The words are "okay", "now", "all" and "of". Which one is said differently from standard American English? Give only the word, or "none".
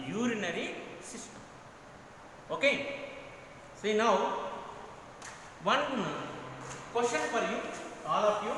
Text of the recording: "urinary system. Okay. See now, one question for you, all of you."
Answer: of